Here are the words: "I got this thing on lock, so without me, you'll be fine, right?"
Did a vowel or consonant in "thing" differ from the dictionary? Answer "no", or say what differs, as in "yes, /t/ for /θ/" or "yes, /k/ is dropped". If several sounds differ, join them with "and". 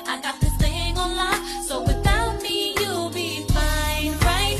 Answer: yes, /t/ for /θ/